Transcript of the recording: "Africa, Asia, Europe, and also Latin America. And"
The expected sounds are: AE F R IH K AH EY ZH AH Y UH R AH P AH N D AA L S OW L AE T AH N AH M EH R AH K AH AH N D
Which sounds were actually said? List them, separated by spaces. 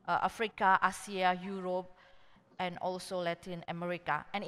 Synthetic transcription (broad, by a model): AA F R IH K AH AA S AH Y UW R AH P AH N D AA L S OW L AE T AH N AH M EH R AH K AH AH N